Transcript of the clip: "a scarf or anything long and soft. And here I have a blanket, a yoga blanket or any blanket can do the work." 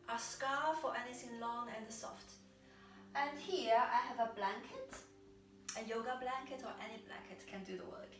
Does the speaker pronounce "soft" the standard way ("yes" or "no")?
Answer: yes